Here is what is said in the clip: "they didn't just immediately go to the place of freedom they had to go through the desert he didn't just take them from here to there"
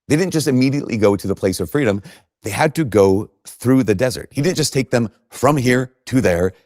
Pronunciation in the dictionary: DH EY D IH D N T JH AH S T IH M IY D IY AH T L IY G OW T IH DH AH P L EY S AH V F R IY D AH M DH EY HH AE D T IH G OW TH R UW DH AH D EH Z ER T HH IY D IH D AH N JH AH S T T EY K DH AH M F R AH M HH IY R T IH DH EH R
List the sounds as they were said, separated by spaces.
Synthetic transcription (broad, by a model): DH EY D IH D N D JH AH S T IH M IY D IY AH T L IY G OW T IH DH AH P L EY S AH V F R IY D AH M DH EY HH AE D T IH G OW TH R UW DH AH D EH Z ER T HH IY D IH D N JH AH S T T EY K DH AH M F R AH M HH IY R T IH DH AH R